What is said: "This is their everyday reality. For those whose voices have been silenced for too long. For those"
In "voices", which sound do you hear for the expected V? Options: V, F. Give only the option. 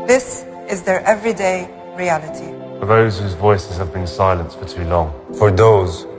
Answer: V